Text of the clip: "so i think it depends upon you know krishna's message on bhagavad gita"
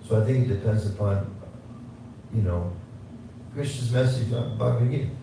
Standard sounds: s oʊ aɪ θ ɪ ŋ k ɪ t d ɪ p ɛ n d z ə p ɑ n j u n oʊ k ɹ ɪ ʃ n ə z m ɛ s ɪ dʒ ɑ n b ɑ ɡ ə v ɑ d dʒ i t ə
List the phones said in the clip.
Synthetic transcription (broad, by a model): s oʊ aɪ θ ɪ ŋ k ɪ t d ɪ p ɛ n d z ə p ɑ n j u n oʊ k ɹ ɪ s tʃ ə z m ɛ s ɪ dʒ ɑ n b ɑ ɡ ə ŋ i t